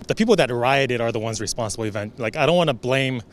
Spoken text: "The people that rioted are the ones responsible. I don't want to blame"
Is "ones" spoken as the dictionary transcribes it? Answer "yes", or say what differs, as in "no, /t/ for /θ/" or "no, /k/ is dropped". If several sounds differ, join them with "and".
yes